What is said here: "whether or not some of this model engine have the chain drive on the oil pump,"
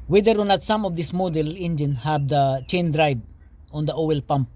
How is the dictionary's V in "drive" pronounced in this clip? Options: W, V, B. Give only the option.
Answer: B